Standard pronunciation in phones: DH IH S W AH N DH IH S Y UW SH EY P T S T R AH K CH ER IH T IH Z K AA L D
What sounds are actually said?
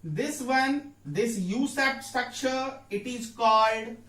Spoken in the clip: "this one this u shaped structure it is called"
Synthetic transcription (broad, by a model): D IH S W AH N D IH S Y UW S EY T S T R AH K CH ER IH T IH Z K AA L D